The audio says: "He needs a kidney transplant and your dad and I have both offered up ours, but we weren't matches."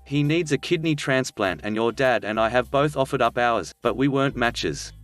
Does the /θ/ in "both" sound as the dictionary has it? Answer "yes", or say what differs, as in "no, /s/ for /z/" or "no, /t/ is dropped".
yes